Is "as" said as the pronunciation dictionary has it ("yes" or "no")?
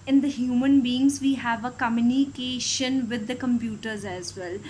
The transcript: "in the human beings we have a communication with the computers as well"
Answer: yes